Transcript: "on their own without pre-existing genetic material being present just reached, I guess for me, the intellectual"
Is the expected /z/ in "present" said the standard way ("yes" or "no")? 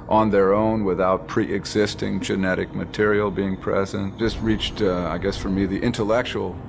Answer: yes